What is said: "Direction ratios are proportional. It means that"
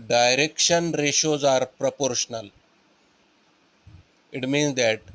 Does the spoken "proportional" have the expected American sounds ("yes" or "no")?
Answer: yes